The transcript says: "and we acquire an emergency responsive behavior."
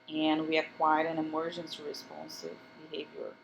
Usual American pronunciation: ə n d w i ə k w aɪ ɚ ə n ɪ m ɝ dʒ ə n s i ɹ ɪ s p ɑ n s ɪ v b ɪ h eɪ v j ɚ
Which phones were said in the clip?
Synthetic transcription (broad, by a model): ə n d w i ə k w aɪ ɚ ə n ɪ m ɝ dʒ ə n s i ɹ ɪ s p ɑ n s ɪ v b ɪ h eɪ v j ɚ